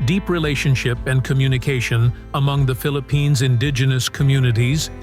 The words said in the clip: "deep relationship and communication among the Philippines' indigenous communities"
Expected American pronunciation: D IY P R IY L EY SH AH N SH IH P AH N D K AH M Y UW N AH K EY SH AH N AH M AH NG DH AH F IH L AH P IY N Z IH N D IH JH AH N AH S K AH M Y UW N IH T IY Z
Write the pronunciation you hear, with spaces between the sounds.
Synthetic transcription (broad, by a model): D IY P R IY L EY SH AH N SH IH P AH N K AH M Y UW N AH K EY SH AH N AH M AH NG DH AH F IH L AH P IY N Z IH N D IH JH AH N AH S K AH M Y UW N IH T IY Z